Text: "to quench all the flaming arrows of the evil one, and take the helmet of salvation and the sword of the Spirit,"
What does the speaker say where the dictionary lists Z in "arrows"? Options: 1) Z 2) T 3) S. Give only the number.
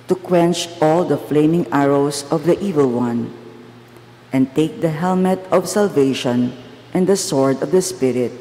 3